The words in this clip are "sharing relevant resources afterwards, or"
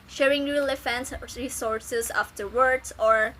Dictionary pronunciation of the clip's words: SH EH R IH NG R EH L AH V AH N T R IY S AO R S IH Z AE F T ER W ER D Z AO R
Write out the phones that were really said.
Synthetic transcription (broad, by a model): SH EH R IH NG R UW L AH F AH N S R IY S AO R S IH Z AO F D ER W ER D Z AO R